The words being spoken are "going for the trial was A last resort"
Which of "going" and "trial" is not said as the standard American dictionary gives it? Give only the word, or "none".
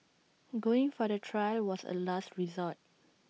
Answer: none